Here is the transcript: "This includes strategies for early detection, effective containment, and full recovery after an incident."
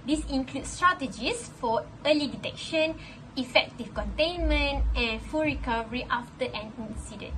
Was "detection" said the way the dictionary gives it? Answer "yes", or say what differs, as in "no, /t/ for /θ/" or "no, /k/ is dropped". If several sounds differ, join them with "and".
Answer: yes